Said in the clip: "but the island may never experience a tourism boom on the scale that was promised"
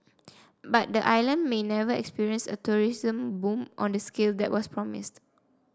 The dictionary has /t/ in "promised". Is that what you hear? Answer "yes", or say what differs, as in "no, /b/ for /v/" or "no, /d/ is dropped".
yes